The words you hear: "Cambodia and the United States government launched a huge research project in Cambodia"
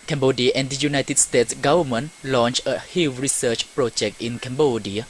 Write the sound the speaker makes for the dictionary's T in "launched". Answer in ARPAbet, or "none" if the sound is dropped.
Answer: none